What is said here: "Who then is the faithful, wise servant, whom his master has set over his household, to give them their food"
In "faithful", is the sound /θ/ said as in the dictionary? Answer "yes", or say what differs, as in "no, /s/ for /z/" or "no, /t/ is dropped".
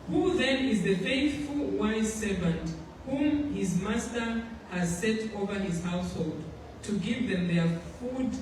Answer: yes